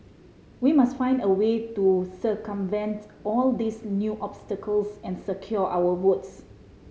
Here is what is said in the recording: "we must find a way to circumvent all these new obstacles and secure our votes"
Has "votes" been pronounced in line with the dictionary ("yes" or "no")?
no